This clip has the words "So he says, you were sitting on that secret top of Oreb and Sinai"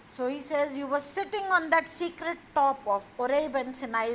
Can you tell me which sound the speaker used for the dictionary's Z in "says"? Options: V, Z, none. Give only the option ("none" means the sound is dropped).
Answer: Z